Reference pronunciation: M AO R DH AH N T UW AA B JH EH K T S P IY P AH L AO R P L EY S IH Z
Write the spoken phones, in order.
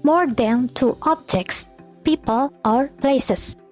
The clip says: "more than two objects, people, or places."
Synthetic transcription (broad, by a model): M AO R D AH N T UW AA B JH EH K T S P IY P AH L AO R P L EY S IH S